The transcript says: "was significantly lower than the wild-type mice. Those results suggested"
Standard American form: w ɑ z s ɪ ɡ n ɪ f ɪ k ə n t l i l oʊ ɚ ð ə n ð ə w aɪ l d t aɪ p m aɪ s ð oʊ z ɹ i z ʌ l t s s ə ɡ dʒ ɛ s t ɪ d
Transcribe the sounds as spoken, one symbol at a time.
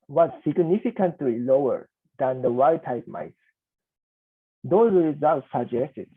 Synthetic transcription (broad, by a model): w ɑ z s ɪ ɡ n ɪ f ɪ k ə n t l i l oʊ ɚ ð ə n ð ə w aɪ d t aɪ p m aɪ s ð oʊ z ɹ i z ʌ l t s s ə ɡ dʒ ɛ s t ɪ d